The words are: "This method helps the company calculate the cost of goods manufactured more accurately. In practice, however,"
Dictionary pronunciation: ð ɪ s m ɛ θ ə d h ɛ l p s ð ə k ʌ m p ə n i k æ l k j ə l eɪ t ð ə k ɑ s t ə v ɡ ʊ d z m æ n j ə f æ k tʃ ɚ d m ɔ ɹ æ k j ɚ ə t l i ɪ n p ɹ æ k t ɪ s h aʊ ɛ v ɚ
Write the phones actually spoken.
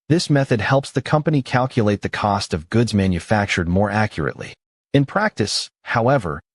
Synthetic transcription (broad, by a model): ð ɪ s m ɛ θ ə d h ɛ l p s ð ə k ʌ m p ə n i k æ l k j ə l eɪ t ð ə k ɑ s t ə v ɡ ʊ d z m æ n j ə f æ k tʃ ɚ d m ɔ ɹ æ k j ɚ ə t l i ɪ n p ɹ æ k t ɪ s h aʊ ɛ v ɚ